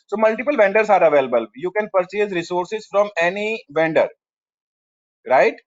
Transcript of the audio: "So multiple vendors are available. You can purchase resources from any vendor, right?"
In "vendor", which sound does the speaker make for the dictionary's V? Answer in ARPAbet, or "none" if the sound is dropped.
V